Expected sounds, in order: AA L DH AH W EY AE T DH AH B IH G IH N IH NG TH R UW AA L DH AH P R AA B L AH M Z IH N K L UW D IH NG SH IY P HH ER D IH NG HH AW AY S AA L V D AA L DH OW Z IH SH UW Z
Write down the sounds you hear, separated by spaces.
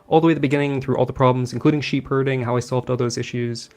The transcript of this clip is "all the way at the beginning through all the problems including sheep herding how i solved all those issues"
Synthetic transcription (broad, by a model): AA L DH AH W EY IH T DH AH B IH G IH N IH NG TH R UW AA L DH AH P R AA B L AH M Z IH N K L UW D IH NG SH IY P HH ER D IH NG HH AW AY S AA L V D AA L DH OW Z IH SH UW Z